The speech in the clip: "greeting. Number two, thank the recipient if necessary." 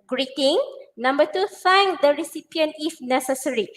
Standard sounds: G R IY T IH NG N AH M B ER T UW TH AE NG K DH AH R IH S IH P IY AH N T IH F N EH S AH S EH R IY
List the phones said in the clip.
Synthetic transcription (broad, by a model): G R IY T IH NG N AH M B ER T UW F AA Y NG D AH R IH S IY P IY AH N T IH F N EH S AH S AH R IY